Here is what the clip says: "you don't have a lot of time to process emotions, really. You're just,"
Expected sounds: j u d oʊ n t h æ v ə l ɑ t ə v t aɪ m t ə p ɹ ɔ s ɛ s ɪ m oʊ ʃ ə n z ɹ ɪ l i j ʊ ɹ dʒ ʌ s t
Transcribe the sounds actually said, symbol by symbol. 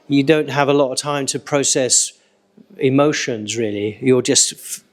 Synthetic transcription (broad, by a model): j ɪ d oʊ n t h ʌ v ə l ɑ t ə v t aɪ m t ə p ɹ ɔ s ɛ s ɪ m oʊ ʃ ə n z ɹ ɪ l i j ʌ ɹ dʒ ʌ s t